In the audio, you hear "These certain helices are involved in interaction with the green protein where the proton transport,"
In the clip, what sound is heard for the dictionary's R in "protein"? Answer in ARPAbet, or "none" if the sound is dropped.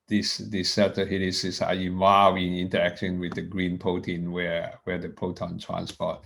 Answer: none